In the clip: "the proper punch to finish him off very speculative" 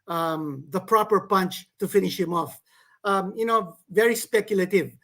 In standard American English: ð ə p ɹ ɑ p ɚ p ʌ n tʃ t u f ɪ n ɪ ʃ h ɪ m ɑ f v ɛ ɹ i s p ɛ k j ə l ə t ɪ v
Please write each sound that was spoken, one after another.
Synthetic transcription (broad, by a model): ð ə p ɹ ɑ p ɚ p ʌ n tʃ t u f ɪ n ɪ ʃ h ɪ m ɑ f v ɛ ɹ i s p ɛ k j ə l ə t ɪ v